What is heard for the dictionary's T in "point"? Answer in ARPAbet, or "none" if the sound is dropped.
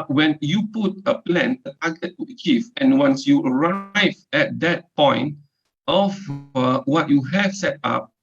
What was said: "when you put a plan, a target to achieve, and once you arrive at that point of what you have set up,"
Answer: T